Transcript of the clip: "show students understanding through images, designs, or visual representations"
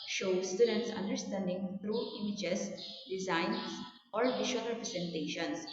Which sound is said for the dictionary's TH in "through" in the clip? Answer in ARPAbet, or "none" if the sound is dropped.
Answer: T